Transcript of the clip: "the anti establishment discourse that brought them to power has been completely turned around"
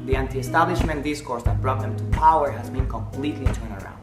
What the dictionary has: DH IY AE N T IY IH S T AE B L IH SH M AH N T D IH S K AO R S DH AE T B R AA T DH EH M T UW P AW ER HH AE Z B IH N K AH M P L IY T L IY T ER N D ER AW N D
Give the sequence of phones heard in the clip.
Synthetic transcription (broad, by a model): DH IY AE N T IY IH S T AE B L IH SH M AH N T D IH S K AO R S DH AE T B R AA T DH EH M T UW P AW ER HH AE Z B IH N K AH M P L IY T L IY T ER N ER AW N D